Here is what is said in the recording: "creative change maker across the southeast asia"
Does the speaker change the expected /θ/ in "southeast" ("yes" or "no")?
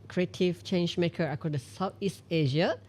yes